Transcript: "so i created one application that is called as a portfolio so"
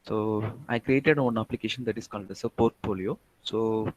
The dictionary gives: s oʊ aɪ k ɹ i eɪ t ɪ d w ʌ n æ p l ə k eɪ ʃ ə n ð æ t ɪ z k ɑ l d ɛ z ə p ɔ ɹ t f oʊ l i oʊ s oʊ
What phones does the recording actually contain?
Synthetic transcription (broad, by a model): s oʊ aɪ k ɹ i eɪ t ɪ d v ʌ n æ p l ə k eɪ ʃ ə n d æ t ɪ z k ɑ l d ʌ s ə p ɔ ɹ t f oʊ l i oʊ s oʊ